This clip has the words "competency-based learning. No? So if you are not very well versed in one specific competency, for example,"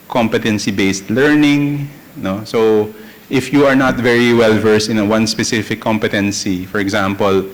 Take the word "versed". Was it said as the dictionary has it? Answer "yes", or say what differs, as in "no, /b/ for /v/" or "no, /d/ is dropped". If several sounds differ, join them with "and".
no, /t/ is dropped